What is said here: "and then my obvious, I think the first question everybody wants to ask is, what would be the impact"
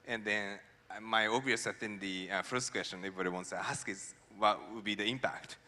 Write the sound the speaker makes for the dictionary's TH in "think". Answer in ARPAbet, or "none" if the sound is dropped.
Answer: F